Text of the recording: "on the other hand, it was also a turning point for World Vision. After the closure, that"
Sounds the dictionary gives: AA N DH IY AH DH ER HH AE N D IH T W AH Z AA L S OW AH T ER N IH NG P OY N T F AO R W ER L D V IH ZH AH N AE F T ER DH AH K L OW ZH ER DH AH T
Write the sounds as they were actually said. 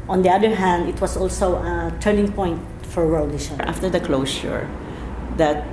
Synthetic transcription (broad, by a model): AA N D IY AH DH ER HH AE N D IH T W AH S AA L S OW AH T ER N IH NG P OY N T F AO R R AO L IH SH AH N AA F T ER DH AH K L OW SH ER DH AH T